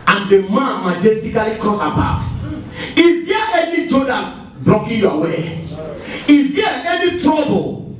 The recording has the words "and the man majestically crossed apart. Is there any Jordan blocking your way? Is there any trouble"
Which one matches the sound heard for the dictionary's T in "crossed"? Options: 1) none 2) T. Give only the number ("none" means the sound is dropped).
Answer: 1